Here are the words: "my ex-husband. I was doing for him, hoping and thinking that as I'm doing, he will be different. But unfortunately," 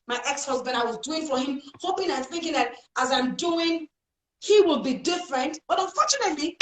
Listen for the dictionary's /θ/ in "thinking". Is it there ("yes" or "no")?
yes